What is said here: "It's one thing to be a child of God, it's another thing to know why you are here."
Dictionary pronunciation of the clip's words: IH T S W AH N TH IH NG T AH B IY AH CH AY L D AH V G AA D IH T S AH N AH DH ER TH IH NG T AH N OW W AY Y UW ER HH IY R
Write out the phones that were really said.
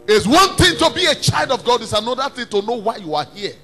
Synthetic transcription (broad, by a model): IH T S W AH N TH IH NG T AH B IY AH CH AY L D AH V G AA D IH T S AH N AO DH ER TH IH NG T AH N OW W AY Y UW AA HH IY